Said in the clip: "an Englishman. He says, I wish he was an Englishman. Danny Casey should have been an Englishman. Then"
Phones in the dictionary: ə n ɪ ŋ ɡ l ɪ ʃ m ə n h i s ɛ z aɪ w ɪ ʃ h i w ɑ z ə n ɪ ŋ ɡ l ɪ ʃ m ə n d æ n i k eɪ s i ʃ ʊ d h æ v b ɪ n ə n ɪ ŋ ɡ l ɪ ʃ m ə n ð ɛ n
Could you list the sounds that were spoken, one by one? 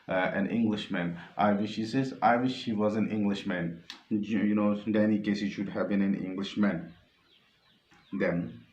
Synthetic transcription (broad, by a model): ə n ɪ ŋ ɡ l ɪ ʃ m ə n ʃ i s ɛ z aɪ w ɪ ʃ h i w ɑ z ə n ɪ ŋ ɡ l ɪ ʃ m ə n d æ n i k eɪ s i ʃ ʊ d h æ v b ɪ n ə n ɪ ŋ ɡ l ɪ ʃ m ə n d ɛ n